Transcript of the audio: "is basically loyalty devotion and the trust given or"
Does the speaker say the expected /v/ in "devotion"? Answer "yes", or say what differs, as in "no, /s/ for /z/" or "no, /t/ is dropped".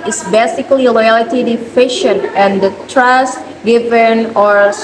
no, /f/ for /v/